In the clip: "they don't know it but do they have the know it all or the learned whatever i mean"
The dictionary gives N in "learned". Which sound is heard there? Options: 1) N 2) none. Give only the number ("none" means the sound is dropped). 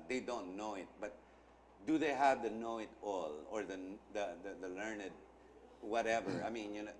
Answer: 1